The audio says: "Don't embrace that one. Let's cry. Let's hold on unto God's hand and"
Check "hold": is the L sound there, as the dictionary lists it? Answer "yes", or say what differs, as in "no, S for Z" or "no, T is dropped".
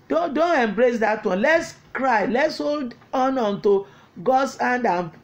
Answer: yes